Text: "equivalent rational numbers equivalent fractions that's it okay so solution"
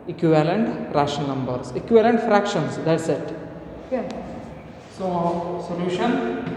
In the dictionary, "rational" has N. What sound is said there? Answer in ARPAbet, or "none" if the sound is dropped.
none